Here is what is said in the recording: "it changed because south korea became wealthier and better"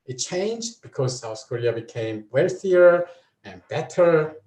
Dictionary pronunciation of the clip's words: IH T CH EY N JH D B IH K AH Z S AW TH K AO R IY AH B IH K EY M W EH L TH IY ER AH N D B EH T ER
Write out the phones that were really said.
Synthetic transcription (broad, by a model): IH T CH EY N JH D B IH K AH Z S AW S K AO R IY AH B IH K EY M W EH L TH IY ER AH N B EH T ER